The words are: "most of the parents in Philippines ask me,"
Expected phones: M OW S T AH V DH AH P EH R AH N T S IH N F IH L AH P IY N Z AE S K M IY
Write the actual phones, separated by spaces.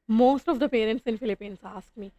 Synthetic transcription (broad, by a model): M OW S T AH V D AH P EH R AH N T S IH N F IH L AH P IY N S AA S K M IY